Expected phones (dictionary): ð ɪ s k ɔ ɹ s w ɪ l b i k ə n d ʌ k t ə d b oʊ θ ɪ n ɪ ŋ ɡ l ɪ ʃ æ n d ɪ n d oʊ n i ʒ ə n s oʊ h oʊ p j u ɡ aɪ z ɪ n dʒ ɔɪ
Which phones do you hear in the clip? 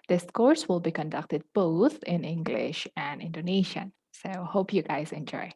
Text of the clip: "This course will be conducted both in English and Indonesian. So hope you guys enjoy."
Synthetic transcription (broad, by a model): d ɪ s k ɔ ɹ s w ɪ l b i k ə n d ʌ k t ə d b oʊ t ɪ n ɪ ŋ ɡ l ɪ ʃ æ n d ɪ n d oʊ n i ʃ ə n s oʊ h oʊ p j u ɡ aɪ z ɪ n dʒ ɔɪ